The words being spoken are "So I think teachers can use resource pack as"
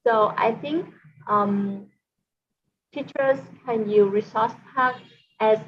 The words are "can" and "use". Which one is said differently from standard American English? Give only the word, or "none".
use